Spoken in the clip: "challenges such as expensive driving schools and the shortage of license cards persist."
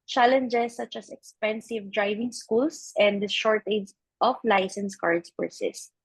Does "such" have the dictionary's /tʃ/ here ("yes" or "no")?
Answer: yes